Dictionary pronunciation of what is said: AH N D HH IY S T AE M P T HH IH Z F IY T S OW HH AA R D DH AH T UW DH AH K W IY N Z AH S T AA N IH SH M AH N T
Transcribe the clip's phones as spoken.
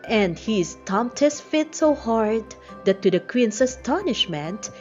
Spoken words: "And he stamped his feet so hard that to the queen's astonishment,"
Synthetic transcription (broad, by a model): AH N D HH IY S T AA M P T HH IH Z F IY T S OW HH AA R D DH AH T UW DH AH K W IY N S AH S T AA N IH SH M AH N T